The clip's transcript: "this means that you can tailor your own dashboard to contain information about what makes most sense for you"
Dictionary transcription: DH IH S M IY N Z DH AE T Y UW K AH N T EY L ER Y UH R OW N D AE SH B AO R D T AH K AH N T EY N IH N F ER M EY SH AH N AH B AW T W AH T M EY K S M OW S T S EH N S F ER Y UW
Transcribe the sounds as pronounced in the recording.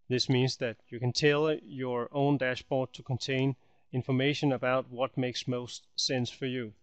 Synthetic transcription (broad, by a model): DH IH S M IY N Z DH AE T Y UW K AH N T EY L Y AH R OW N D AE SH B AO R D T AH K AH N T EY N IH N F ER M EY SH AH N AH B AW T W AH T M EY K S M OW S T S EH N S F ER Y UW